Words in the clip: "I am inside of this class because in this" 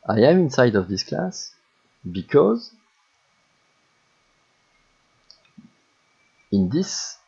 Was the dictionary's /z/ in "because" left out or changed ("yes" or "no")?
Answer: no